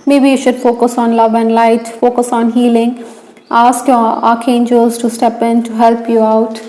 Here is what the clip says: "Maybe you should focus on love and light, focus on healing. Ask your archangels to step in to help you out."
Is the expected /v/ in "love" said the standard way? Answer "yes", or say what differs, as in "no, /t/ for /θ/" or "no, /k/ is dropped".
yes